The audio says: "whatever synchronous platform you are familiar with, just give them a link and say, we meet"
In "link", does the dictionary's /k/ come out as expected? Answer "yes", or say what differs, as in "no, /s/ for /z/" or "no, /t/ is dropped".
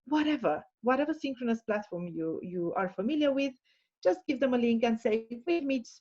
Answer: yes